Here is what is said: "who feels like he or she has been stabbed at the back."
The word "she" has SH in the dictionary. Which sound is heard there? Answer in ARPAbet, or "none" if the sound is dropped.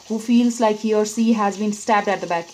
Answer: S